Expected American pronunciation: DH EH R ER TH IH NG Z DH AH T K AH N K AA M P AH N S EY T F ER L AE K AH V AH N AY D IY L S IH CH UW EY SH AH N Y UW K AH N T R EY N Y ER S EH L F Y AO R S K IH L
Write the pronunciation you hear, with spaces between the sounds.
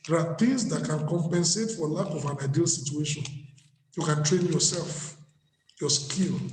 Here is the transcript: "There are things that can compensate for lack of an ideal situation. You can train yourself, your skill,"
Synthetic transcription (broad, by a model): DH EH R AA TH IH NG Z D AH T K AH N K AA M P AH N S EY T F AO L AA K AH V AH N AY D IY L S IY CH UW EY SH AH N Y UW K AH N T R EY N Y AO S EH L F Y AO S K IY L